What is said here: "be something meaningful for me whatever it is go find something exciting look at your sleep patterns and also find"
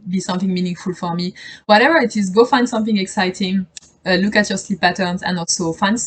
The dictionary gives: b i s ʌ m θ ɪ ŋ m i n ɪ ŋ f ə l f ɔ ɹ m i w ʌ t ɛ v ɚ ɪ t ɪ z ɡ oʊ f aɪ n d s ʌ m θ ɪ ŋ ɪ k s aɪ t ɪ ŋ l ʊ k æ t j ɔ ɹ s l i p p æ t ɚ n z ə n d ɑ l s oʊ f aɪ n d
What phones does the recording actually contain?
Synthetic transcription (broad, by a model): b i s ʌ m θ ɪ ŋ m i n ɪ ŋ f ə l f ɔ ɹ m i w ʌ t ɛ v ɚ ɪ t ɪ z ɡ oʊ f aɪ n d s ʌ m θ ɪ ŋ ɪ k s aɪ t ɪ ŋ l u k æ t j ɔ ɹ s l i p p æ t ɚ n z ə n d ɑ l s oʊ f aɪ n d